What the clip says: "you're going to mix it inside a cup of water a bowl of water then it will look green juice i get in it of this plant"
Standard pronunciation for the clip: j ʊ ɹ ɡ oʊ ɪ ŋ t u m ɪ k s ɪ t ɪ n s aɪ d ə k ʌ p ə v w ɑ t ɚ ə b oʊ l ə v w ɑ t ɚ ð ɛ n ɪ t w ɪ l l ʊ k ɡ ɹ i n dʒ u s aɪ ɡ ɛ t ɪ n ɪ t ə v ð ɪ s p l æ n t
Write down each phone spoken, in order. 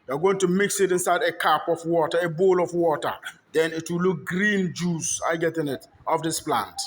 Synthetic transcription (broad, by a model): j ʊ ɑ ɡ oʊ ɪ ŋ t u m ɪ k s ɪ t ɪ n s aɪ d ə k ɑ p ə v w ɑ t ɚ ə b oʊ l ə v w ɑ t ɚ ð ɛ n ɪ t w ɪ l l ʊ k ɡ ɹ i n dʒ u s aɪ ɡ ɛ t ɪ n ɪ t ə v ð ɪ s p l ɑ n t